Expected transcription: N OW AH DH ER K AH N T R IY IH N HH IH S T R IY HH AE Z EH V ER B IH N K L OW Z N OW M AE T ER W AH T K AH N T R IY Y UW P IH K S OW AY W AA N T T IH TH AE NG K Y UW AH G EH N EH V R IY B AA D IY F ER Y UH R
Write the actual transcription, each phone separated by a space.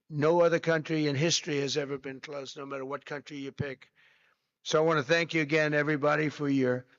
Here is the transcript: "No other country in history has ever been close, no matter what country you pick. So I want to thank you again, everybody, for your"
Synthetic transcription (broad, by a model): N OW AH DH ER K AH N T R IY IH N HH IH S T R IY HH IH Z EH V ER B IH N K L OW Z N OW M AE T ER W AH T K AH N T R IY Y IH P IH K S OW AY W AA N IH TH AE NG K Y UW AH G EH N EH V R IY B AA D IY F ER Y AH R